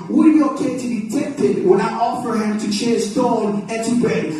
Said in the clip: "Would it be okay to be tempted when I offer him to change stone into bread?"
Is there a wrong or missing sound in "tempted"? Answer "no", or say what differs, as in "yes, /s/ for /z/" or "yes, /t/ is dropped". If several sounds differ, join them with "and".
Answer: yes, /m/ is dropped